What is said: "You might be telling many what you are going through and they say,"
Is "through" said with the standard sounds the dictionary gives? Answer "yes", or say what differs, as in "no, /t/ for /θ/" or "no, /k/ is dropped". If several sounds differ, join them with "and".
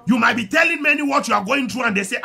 no, /t/ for /θ/